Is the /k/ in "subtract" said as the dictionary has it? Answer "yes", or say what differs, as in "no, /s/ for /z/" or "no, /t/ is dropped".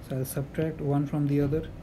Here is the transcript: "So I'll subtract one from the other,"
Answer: yes